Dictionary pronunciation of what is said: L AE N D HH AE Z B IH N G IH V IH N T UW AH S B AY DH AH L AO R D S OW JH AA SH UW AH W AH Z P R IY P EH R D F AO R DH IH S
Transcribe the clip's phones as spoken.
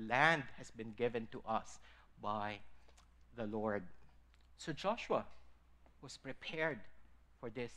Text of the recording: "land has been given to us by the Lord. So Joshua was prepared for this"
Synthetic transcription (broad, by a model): L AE N D HH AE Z B IH N G IH V IH N T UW AH S B AY DH AH L AO R D S OW JH AA SH UW AH W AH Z P R IY P EH R D F AO R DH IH S